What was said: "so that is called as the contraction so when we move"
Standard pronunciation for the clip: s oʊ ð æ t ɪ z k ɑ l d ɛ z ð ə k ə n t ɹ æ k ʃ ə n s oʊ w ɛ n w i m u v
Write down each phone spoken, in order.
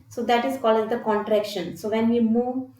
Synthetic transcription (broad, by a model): s oʊ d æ t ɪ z k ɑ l i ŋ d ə k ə n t ɹ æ k ʃ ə n s oʊ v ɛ n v i m u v